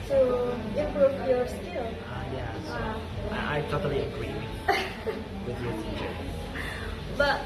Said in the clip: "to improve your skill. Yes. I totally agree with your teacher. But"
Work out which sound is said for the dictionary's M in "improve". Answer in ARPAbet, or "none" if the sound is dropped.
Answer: none